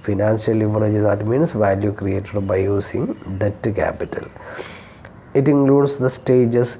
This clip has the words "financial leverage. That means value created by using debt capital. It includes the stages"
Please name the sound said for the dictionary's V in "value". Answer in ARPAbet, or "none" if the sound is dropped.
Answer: V